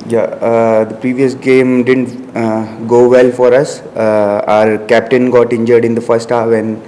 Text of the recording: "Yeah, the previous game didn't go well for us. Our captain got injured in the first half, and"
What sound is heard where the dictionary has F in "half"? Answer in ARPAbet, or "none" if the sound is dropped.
none